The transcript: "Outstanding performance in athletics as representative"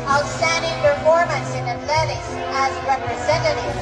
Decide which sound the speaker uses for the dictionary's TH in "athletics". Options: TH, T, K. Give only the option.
T